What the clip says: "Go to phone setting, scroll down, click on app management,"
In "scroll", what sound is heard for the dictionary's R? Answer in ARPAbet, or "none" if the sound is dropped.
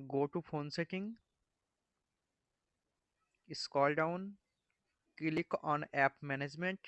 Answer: none